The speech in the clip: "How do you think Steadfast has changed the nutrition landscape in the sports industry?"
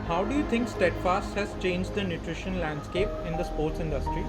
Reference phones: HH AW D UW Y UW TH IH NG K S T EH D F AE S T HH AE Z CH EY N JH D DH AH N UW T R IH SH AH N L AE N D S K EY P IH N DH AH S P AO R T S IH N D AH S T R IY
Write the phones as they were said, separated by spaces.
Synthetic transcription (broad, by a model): HH AW D UW Y UW T IH NG K S T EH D F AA S T HH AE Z CH EY N JH D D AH N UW T R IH SH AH N L AE N D S K EY P IH N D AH S P AO R T S IH N D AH S T R IY